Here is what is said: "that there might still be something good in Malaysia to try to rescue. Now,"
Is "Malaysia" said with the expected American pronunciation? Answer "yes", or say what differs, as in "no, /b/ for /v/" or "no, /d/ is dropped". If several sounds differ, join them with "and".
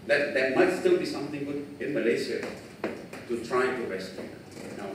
no, /s/ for /ʒ/